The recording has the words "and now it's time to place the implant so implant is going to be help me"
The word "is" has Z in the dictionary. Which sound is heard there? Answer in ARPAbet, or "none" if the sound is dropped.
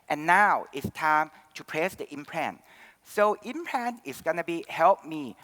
S